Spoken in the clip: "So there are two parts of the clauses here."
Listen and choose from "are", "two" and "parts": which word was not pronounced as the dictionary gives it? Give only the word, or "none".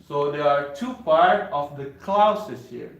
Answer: parts